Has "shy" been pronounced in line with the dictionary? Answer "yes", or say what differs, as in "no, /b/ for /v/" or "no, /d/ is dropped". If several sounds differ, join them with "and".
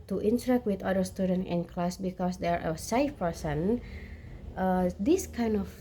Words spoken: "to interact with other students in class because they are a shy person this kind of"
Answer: no, /s/ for /ʃ/